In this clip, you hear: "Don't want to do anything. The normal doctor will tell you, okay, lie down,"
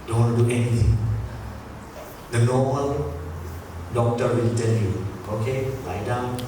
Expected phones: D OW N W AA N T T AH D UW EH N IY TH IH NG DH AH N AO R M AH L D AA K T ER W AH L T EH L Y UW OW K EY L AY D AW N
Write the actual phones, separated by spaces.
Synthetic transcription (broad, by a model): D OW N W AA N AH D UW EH N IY T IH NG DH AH N AO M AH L D AA K T ER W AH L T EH N Y UW OW K EY L AY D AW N